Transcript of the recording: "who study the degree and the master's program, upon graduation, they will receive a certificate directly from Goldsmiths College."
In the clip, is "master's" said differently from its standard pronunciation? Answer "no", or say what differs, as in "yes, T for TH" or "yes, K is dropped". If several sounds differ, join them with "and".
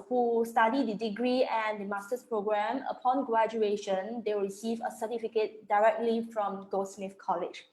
yes, S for Z